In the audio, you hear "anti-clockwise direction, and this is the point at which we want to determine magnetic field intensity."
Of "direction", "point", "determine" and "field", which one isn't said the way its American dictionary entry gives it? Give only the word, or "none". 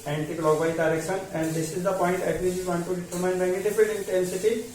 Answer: field